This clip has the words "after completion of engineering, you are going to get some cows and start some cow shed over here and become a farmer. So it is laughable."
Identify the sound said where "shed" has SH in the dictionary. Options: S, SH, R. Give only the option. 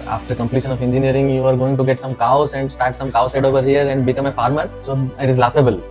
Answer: S